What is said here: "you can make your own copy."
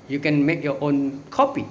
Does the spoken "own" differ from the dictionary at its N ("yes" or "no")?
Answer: no